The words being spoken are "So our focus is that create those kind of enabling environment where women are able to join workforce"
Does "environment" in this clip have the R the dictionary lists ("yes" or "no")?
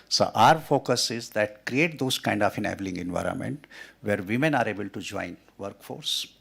yes